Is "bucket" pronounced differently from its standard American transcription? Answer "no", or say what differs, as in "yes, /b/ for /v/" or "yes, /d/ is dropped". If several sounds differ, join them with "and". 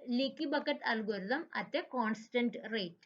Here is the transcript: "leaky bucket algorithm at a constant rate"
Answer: no